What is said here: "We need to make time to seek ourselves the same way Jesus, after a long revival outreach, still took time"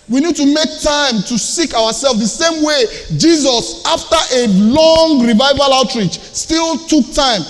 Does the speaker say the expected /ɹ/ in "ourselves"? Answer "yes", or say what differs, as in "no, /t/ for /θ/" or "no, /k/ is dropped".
no, /w/ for /ɹ/